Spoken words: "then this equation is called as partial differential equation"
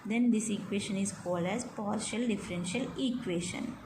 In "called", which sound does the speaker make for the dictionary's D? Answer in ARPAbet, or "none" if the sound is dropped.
D